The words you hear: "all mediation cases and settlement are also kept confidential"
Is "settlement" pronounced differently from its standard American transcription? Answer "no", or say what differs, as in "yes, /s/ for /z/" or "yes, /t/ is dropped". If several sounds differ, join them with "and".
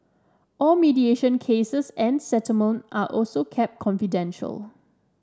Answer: yes, /l/ is dropped